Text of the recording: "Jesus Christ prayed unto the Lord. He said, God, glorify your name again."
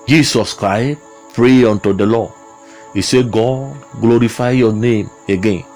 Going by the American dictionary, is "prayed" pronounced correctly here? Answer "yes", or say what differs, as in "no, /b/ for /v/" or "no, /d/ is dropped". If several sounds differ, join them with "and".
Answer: no, /d/ is dropped